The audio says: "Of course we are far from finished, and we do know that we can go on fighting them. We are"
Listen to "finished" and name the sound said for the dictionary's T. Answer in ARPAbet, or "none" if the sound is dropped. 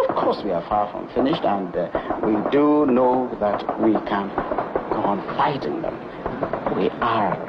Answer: T